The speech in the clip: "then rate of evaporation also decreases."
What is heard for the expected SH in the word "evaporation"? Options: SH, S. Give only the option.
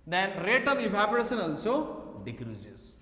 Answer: S